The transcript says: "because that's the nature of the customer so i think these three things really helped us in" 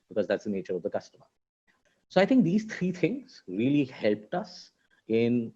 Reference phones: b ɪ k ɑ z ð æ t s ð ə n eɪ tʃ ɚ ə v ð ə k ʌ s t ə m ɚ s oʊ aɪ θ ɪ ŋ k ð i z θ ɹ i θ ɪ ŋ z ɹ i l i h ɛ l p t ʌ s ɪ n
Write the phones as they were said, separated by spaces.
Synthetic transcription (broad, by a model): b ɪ k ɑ z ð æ t s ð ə n eɪ tʃ ɚ ə v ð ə k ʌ s t ə m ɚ s oʊ aɪ t ɪ ŋ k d i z t ɹ i t ɪ ŋ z ɹ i l i h ɛ l p t ʌ s ɪ n